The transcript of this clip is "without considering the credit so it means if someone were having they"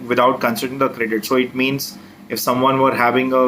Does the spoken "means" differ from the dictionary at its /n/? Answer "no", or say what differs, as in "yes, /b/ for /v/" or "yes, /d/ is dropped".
no